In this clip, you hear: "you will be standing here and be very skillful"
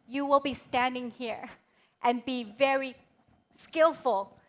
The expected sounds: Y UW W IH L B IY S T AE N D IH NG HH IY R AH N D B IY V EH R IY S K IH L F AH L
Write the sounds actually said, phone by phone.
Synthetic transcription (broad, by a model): Y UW W IH L B IY S T AE N D IH NG HH IY R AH N B IY V EH R IY S K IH L F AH L